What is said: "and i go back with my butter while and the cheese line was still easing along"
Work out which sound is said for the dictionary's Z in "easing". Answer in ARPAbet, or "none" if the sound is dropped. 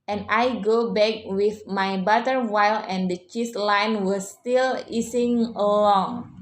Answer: S